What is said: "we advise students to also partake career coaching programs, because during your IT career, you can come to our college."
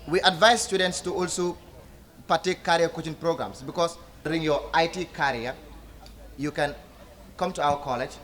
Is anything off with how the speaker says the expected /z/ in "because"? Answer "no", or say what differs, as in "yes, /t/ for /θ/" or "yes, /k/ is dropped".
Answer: yes, /s/ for /z/